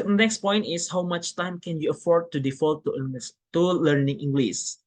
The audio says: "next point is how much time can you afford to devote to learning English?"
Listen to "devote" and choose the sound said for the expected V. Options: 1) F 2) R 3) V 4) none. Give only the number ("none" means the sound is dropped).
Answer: 1